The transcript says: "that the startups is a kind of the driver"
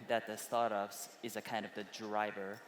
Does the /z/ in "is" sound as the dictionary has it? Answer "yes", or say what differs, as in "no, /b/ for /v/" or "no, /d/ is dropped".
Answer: yes